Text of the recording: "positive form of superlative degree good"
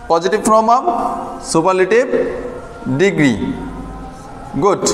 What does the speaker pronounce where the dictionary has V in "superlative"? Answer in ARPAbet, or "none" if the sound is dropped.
B